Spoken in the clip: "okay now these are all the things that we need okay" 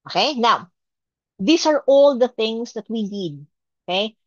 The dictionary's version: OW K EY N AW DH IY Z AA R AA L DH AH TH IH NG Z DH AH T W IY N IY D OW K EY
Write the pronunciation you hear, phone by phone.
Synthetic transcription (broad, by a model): OW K EY N AW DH IY S AA R AA L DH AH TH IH NG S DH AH T W IY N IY D OW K EY